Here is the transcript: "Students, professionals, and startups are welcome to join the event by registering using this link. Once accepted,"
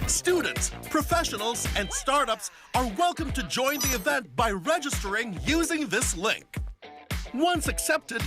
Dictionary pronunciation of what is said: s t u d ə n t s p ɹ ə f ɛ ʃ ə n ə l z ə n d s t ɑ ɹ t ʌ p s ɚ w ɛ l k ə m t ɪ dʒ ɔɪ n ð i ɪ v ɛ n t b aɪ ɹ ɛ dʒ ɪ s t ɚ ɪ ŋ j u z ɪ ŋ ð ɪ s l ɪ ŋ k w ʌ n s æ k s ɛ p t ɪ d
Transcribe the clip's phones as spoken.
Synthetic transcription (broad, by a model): s t u d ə n t s p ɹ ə f ɛ ʃ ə n l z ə n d s t ɑ ɹ t ʌ p s ɚ w ɛ l k ə m t ɪ dʒ ɔɪ n ð i ɪ v ɛ n t b aɪ ɹ ɛ dʒ ɪ s t ɚ ɪ ŋ j u z ɪ ŋ ð ɪ s l ɪ ŋ k w ʌ n s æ k s ɛ p t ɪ d